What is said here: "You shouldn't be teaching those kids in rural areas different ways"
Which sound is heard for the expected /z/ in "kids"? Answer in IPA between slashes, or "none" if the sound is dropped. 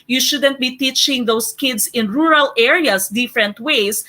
/s/